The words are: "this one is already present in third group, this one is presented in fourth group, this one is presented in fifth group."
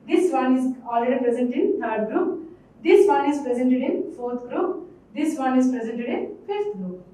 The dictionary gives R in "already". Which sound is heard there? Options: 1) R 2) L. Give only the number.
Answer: 2